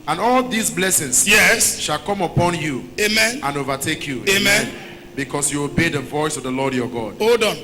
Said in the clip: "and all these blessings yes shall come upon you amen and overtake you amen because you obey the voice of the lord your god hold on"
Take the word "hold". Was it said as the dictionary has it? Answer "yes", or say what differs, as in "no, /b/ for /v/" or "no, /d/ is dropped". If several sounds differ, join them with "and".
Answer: no, /l/ is dropped